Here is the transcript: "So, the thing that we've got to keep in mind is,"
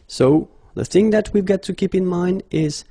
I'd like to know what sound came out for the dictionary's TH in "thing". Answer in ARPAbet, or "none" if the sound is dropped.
TH